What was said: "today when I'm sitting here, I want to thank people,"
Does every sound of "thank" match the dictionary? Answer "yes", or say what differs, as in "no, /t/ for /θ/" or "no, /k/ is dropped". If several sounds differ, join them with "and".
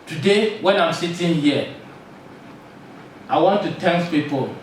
no, /t/ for /θ/